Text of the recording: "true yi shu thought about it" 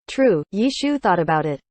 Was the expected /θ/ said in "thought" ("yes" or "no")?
yes